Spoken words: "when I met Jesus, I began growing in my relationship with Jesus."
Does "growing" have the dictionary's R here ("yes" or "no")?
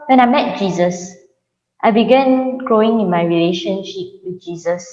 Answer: no